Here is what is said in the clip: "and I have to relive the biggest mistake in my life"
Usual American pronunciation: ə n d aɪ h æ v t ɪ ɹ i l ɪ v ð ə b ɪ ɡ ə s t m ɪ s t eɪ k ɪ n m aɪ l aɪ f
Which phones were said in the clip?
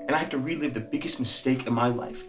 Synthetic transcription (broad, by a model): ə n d aɪ h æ f t ɪ ɹ i l ɪ v ð ə b ɪ ɡ ə s t m ɪ s t eɪ k ɪ n m aɪ l aɪ f